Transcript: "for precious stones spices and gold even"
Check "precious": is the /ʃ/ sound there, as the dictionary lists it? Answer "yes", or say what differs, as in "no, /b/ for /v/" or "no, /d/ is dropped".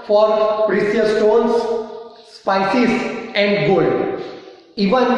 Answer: no, /s/ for /ʃ/